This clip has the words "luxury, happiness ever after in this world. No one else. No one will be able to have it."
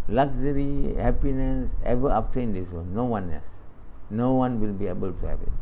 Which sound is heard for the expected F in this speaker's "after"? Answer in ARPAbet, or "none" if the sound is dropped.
P